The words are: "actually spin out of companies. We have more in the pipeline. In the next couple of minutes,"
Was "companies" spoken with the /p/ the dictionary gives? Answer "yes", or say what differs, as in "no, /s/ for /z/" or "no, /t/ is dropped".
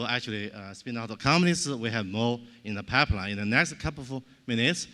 no, /p/ is dropped